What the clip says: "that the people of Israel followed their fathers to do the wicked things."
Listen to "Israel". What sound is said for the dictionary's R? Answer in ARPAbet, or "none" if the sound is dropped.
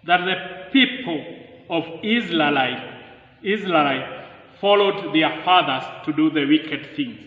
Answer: L